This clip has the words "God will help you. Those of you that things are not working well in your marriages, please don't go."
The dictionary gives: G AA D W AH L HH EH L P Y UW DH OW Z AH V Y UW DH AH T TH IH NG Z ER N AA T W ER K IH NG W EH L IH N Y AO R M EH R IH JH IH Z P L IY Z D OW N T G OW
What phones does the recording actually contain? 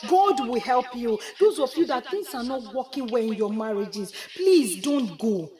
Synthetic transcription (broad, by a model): G AA D W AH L HH EH L P Y UW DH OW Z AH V Y UW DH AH T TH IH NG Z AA N AA T W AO K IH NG W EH IH N Y AO M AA R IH JH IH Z P L IY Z D OW N T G OW